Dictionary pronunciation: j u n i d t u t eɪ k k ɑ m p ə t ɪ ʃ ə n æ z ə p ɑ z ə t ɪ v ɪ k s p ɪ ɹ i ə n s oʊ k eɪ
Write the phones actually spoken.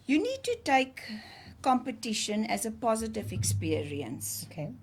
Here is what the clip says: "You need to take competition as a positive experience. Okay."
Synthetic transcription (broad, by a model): j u n i d t u t eɪ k k ɑ m p ə t ɪ ʃ ə n æ z ə p ɑ z ə t ɪ v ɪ k s p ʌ ɹ i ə n s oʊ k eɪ